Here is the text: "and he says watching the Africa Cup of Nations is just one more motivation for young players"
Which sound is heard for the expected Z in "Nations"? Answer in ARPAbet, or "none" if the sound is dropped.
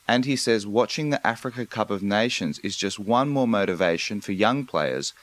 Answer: Z